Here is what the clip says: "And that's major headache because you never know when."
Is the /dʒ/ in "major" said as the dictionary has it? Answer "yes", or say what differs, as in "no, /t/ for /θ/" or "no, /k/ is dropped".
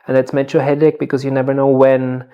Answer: no, /tʃ/ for /dʒ/